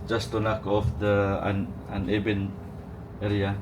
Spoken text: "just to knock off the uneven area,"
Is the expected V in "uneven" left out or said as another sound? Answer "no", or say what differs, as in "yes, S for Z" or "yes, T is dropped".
yes, B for V